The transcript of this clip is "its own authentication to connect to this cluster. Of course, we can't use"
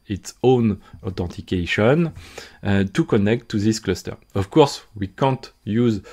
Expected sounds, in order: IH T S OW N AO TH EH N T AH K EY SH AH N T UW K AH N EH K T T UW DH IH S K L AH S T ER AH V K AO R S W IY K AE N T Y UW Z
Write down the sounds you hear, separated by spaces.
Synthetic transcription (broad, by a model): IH T S OW N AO T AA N T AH K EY SH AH N T UW K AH N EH K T T UW DH IH S K L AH S T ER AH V K AO R S W IY K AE N T Y UW Z